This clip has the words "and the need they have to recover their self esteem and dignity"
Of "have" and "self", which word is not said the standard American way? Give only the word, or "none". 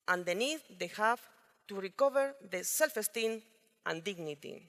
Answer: have